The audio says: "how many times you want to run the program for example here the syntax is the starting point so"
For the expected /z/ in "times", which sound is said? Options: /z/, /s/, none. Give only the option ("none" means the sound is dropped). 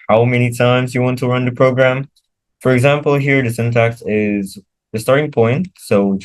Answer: /z/